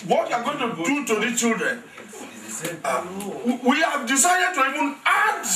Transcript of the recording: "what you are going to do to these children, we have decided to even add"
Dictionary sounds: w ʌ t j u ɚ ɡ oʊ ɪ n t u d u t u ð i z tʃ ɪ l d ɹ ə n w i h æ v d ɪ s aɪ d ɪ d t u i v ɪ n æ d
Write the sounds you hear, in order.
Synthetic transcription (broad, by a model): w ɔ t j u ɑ ɡ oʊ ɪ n t u d u t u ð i tʃ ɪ l d ɹ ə n w i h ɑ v d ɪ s aɪ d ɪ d t u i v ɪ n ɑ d